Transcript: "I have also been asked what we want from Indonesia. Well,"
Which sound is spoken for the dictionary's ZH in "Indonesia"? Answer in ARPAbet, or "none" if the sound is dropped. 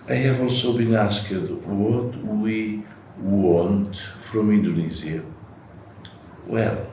Z